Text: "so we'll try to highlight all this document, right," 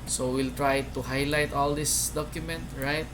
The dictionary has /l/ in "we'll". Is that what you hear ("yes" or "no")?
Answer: yes